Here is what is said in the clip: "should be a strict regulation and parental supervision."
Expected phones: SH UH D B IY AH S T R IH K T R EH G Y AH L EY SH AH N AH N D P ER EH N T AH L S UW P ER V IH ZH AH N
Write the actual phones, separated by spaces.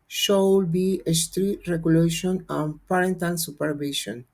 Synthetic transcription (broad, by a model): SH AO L B IY AH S T R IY T R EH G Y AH L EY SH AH N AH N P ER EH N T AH N S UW P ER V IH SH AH N